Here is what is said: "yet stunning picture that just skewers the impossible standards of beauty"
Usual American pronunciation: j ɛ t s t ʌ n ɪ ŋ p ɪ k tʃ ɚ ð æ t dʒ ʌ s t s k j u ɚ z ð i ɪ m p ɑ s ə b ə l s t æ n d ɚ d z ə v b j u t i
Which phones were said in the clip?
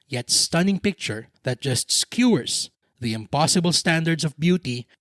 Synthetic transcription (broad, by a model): j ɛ t s t ʌ n ɪ ŋ p ɪ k tʃ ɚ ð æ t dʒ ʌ s t s k j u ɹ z ð i ɪ m p ɑ s ə b ə l s t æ n d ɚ d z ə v b j u t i